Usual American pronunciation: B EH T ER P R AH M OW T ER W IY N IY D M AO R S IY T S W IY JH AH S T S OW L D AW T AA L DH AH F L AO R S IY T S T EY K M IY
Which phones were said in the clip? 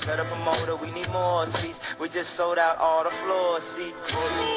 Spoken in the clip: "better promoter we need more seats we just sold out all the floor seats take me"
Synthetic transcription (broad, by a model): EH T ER P R AH M OW T ER W IY N IY D M AO R S IY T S W IY JH AH S T S OW L D AW T AA L DH AH F L AO R S IY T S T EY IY